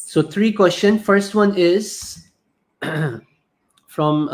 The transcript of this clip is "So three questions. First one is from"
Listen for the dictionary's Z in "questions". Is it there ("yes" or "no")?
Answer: no